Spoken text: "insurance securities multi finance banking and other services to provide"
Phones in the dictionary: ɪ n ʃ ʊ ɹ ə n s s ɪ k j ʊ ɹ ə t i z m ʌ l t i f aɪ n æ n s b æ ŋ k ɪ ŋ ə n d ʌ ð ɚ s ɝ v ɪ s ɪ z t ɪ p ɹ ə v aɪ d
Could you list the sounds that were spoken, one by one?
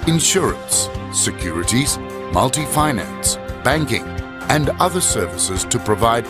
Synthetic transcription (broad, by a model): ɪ n ʃ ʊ ɹ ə n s s ɪ k j ʊ ɹ ə t i z m ʌ l t i f aɪ n æ n s b æ ŋ k ɪ ŋ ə n ʌ ð ɚ s ɝ v ɪ s ɪ z t ɪ p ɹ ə v aɪ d